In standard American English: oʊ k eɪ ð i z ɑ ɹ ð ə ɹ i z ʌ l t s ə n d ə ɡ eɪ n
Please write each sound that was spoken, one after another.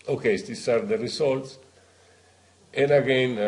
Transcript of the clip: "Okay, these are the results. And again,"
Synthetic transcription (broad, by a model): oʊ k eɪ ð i s ɑ ɹ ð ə ɹ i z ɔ l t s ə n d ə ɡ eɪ n